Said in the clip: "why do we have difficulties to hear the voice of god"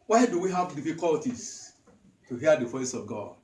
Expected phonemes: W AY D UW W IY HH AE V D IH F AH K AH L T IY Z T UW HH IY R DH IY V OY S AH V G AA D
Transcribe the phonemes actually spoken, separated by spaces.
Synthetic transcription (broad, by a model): W AY D UW W IY HH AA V D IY F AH K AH L T IY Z T UW HH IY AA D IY F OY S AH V G AA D